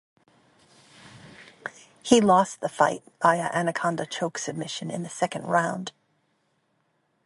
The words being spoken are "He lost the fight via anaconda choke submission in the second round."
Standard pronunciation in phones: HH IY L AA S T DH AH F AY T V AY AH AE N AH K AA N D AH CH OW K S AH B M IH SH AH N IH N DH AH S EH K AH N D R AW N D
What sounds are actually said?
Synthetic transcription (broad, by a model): HH IY L AA S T DH AH F AY T B AY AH AE N AH K AA N D AH CH OW K S AH B M IH SH AH N IH N DH AH S EH K AH N D R AW N D